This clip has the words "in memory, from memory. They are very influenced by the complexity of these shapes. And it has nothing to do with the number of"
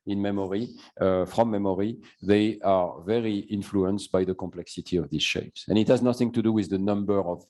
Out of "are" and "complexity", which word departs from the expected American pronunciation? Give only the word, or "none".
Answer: none